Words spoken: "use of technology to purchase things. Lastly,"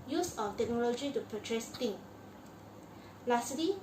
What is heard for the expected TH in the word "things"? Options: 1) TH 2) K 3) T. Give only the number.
3